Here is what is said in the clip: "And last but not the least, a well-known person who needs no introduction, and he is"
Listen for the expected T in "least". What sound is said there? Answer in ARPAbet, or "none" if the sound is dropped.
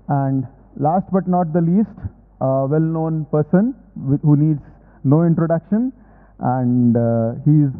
T